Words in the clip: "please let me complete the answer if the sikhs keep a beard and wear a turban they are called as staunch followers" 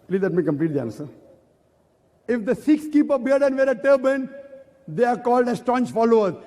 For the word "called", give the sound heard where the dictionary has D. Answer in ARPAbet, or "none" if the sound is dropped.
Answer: D